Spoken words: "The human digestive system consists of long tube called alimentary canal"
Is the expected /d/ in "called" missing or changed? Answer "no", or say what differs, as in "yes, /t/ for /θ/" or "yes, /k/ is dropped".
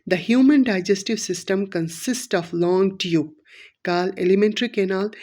yes, /d/ is dropped